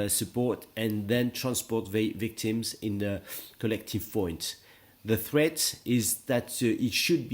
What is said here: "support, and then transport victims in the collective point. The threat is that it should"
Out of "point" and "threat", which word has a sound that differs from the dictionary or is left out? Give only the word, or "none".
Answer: none